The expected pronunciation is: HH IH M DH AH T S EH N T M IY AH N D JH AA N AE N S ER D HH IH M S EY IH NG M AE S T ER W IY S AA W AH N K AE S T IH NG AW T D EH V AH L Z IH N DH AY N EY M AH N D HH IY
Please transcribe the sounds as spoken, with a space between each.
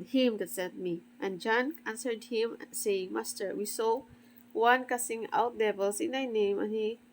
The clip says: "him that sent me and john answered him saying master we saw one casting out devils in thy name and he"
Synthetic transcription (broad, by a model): HH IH M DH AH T S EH T M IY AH N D JH AA N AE N S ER D HH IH M S EY IH NG M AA S T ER W IY S AA W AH N K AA S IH NG AW T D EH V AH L S IH N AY N EY M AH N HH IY